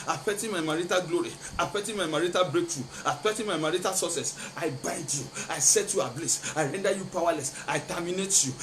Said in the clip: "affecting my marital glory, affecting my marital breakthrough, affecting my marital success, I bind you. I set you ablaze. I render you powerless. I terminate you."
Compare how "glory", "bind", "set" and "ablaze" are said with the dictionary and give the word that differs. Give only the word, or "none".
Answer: ablaze